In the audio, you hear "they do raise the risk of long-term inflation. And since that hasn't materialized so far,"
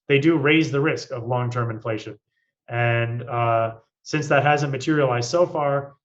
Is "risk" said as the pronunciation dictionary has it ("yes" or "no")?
yes